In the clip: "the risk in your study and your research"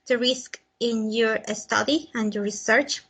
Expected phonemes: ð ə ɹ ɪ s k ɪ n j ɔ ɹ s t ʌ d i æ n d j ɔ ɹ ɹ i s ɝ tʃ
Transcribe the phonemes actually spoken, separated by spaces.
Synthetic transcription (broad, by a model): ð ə ɹ ɪ s k ɪ n j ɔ ɹ s t ʌ d i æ n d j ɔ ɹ ɹ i s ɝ tʃ